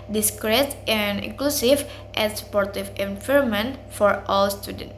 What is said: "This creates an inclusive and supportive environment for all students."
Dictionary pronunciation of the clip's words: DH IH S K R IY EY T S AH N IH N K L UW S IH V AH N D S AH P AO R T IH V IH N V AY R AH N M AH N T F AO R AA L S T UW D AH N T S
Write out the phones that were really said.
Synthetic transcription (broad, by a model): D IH S K R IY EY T AH N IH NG K L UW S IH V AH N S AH P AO R T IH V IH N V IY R M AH N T F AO R AA L S T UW D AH N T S